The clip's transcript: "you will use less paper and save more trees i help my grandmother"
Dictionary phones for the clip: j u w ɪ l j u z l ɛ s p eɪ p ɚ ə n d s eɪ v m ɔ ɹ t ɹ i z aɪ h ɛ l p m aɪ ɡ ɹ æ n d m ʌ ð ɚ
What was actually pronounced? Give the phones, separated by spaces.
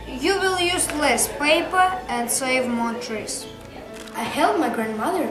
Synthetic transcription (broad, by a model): j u w ɪ l j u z l ɛ s p eɪ p ɚ ə n d s eɪ v m ɔ ɹ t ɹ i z aɪ h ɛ l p m aɪ ɡ ɹ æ n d m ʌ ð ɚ